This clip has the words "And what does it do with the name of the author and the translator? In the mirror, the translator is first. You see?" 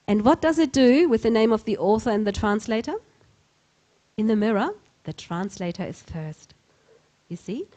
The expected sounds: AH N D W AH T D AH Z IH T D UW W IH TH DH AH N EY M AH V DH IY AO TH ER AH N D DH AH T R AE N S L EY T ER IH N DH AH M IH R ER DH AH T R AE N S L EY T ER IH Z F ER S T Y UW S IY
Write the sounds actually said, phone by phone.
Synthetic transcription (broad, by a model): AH N W AH T D AH Z IH T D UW W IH DH AH N EY M AH V DH IY AO TH ER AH N DH AH T R AE N S L EY T ER IH N DH AH M IH R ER DH AH T R AE N S L EY T ER IH Z F ER S T Y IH S IY